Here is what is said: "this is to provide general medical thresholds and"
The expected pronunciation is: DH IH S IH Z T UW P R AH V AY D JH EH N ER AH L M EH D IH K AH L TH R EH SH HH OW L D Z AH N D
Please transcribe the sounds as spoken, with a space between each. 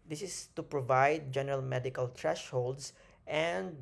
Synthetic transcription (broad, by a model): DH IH S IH S T UW P R AH V AY D JH EH N ER AH L M EH D IH K AH L T R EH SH HH OW L D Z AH N D